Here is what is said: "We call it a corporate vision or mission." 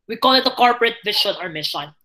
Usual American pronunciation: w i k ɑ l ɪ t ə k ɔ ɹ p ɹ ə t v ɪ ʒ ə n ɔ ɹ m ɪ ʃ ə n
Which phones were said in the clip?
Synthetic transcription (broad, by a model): w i k ɑ l ɪ t ə k ɔ ɹ p ɹ ə t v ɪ ʃ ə n ɔ ɹ m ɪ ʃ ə n